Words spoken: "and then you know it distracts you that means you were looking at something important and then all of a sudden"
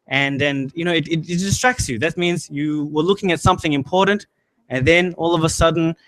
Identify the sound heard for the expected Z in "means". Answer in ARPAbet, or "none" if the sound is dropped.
Z